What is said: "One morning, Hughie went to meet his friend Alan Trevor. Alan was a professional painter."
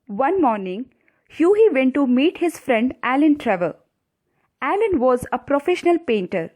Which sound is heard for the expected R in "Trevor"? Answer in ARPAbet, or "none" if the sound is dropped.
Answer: R